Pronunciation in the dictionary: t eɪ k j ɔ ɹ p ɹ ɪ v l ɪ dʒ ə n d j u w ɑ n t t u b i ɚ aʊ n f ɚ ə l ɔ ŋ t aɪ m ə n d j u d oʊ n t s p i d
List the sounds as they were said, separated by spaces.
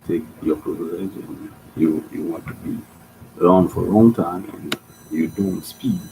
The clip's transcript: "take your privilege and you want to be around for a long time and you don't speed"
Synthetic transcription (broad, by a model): t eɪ k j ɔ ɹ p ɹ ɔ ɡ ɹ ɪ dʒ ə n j j u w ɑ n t t u b i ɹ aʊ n f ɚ ə l ɔ ŋ t aɪ m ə n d j u d oʊ n t s p i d